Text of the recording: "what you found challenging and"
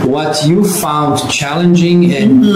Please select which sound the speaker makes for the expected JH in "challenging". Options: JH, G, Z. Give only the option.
JH